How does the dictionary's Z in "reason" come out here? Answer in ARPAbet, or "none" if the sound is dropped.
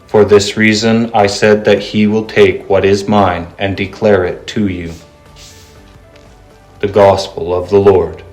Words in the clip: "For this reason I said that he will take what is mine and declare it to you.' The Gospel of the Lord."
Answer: Z